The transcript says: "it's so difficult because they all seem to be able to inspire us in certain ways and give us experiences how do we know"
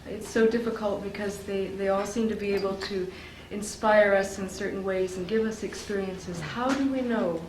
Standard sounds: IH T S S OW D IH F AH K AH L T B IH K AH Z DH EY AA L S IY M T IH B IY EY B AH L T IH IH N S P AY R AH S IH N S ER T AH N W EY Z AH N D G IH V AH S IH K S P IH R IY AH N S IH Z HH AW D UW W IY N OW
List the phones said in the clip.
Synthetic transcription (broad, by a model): IH T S S OW D IH F AH K AH L T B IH K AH Z DH EY AA L S IY M T IH B IY EY B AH L T IH IH N S P AY R AH S IH N S ER T N W EY Z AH N G IH V AH S IH K S P IH R IY AH N S IH Z HH AW D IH W IY N OW